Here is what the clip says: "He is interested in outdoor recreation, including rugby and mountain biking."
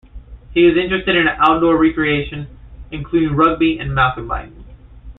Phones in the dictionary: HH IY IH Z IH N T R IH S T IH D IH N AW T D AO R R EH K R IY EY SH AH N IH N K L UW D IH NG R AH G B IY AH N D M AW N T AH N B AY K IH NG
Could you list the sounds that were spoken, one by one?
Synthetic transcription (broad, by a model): HH IY IH Z IH N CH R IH S T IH D IH N AW T D AO R R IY K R IY EY SH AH N IH N K L UW D IH NG R AH G B IY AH N M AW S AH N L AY IH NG